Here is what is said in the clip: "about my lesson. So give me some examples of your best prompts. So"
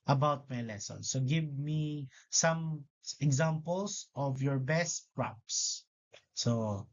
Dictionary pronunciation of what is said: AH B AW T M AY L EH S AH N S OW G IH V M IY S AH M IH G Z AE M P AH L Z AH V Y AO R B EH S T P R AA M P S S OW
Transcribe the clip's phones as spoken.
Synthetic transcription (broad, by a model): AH B AW T M AY L EH S AH N S OW G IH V M IY S AH M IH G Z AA M P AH L S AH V Y AO R B EH S T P R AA P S S OW